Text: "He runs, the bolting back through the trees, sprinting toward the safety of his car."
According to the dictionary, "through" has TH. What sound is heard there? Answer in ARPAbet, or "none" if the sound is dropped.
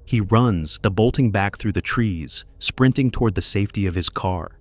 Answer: TH